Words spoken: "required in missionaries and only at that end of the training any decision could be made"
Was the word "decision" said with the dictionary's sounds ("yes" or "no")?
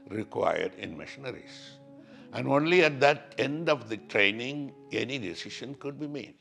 no